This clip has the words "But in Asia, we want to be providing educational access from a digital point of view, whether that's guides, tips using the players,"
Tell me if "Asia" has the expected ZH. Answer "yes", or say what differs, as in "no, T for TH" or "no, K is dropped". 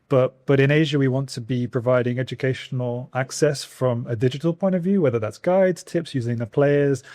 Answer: yes